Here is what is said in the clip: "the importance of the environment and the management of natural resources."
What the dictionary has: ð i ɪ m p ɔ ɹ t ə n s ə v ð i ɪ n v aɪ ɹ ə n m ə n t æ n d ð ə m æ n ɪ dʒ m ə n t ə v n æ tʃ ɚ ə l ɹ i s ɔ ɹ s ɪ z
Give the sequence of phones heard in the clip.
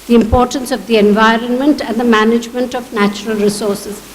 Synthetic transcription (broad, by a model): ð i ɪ m p ɔ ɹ t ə n s ə v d i ɪ n v aɪ ɹ ə n m ə n t æ n d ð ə m æ n ɪ dʒ m ə n t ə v n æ tʃ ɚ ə l ɹ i s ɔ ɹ s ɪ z